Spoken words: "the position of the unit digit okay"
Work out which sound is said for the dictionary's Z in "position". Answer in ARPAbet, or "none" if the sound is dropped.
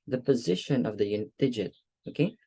Z